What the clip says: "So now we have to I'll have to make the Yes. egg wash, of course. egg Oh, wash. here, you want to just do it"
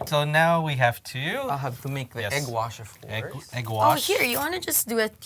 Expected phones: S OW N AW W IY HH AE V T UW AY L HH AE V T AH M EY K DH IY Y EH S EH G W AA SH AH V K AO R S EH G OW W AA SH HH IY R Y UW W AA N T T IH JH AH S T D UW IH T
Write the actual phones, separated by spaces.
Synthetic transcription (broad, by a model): S OW N AW W IY HH AE V T UW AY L HH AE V T AH M EY K DH IY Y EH EH G W AA SH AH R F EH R EH G W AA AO HH IY R Y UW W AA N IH JH AH S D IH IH T